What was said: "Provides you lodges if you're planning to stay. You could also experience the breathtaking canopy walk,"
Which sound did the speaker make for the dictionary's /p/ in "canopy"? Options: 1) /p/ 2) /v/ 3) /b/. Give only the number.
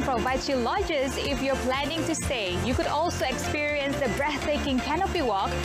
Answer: 3